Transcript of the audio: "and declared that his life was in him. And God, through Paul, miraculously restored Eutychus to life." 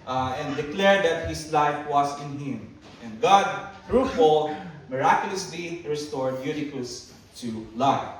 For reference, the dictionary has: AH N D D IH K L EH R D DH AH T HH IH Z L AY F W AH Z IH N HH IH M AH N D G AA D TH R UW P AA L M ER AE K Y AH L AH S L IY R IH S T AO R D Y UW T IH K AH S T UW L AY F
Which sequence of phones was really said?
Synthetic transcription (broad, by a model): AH N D D IH K L EH R D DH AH T HH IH S L AY F W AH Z IH N HH IH M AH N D G AA D R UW F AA L M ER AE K Y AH L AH S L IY R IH S T AO R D Y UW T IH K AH S T UW L AY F